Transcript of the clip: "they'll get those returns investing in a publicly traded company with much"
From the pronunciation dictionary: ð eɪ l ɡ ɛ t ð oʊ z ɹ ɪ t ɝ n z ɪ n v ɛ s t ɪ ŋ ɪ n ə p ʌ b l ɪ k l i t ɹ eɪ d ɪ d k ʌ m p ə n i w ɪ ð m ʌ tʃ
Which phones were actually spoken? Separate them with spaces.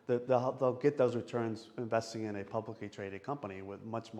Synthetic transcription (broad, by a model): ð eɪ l ɡ ɛ t ð oʊ z ɹ ɪ t ɝ n z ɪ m v ɛ s t ɪ ŋ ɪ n ə p ʌ b l ɪ k l i t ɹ eɪ d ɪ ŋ k ʌ m p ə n i w ɪ ð m ʌ tʃ